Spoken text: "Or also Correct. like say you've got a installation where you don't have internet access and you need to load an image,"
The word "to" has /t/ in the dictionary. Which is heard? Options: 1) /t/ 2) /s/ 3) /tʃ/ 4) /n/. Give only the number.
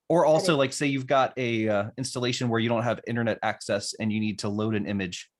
1